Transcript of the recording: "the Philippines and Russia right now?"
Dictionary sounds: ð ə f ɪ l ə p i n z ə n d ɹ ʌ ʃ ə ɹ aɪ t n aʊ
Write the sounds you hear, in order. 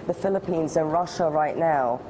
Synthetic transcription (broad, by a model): ð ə f ɪ l ə p i n z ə n ɹ ʌ ʃ ə ɹ aɪ t n aʊ